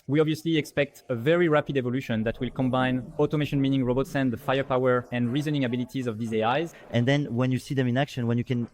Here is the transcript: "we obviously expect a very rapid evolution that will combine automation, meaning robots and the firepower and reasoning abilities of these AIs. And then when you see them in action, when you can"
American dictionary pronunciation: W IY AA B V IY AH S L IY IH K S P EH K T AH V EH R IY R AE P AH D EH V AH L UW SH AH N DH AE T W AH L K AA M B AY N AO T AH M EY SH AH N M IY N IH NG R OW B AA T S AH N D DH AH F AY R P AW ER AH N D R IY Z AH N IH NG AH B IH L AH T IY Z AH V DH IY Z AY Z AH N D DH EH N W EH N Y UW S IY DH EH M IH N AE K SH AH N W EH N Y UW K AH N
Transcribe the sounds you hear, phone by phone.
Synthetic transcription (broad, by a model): W IY AA B V IY AH S L IY IH K S P EH K T AH V EH R IY R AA P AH D EH V AH L UW SH AH N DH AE T W AH L K AA M B AY N AO T AH M EY SH AH N M IY N IH NG R OW B AA T S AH N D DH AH F AY R P AW ER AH N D R IY Z AH N IH NG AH B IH L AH T IY Z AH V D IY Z AY Z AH N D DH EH N W EH N Y UW S IY DH EH M IH N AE K SH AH N W EH N Y UW K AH N